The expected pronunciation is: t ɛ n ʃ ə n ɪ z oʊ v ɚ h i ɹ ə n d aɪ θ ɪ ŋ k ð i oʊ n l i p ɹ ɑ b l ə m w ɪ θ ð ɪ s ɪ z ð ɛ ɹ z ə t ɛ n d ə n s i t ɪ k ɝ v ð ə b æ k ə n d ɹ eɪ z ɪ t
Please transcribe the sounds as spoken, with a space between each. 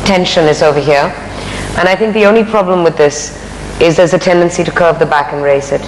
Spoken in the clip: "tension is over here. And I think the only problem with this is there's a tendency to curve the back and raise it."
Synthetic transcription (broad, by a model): t ɛ n ʃ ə n ɪ z oʊ v ɚ h i ɹ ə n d aɪ θ ɪ ŋ k ð i oʊ n l i p ɹ ɑ b l ə m w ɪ ð ɪ s ɪ z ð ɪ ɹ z ə t ɛ n d ə n s i t ɪ k ɝ v ð ə b æ k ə n ɹ eɪ s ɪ t